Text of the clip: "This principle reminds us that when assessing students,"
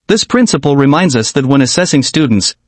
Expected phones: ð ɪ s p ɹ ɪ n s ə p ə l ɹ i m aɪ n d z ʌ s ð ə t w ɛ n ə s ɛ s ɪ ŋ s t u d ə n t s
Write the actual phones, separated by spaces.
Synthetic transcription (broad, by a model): ð ɪ s p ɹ ɪ n s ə p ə l ɹ i m aɪ n d z ʌ s ð ə t w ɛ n ə s ɛ s ɪ ŋ s t u d n t s